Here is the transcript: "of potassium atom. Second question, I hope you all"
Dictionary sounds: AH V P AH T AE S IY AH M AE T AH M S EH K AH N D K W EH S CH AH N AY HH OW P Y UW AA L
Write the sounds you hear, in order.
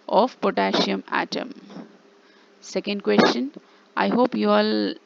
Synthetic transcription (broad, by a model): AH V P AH T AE SH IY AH M AE T AH M S EH K AH N D K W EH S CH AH N AY HH OW P Y UW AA L